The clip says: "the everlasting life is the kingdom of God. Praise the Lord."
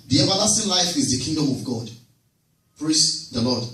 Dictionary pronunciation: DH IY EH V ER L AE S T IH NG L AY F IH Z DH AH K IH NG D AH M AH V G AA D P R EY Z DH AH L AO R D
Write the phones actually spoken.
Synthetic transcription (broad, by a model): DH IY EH V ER L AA S T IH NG L AY F IH Z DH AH K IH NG D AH M AH V G AA D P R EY S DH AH L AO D